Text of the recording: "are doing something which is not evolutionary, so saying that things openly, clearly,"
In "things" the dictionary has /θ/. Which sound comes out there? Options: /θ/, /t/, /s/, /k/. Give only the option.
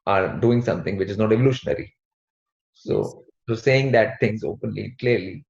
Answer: /t/